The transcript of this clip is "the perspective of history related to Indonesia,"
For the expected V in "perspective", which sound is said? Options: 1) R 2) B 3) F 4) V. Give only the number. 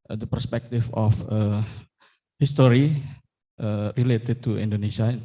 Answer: 3